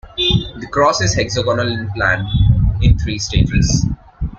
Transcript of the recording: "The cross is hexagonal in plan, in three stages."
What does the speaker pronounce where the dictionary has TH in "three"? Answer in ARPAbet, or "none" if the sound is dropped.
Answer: T